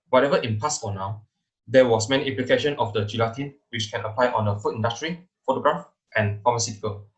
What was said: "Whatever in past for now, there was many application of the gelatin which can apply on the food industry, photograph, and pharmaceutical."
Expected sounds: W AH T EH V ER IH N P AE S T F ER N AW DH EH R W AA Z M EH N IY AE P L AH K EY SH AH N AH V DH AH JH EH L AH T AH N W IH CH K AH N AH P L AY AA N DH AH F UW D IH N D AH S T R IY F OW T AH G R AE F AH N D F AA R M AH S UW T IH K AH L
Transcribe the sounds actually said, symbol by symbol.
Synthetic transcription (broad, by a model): W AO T EH V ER IH N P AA S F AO N AW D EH W AA S M EH N IY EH P L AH K EY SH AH N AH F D AH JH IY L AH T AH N W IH CH K AH N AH P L AY AA N AH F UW IH N D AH S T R IY F OW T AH G R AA F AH N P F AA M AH S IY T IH K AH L